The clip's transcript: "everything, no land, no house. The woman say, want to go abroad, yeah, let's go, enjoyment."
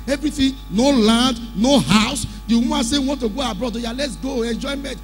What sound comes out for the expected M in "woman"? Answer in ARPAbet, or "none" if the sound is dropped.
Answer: none